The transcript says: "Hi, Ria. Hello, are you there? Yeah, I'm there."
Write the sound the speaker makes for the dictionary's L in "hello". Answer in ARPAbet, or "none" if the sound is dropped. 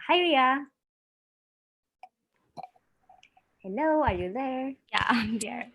N